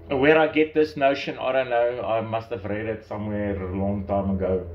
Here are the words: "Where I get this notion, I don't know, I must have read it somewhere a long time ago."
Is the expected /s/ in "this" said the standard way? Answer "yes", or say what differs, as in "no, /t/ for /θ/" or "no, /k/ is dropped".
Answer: yes